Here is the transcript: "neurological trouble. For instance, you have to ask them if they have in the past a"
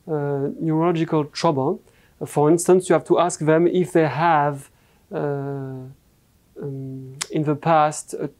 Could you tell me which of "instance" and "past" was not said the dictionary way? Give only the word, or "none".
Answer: none